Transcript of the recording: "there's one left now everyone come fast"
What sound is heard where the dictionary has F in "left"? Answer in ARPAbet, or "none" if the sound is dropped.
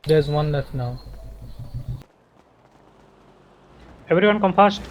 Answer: none